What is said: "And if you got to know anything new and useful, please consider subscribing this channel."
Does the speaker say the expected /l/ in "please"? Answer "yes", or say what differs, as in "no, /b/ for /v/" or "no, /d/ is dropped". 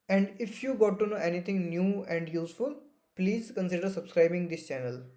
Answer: yes